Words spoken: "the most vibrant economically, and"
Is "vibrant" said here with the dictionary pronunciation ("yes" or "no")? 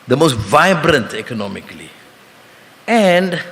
yes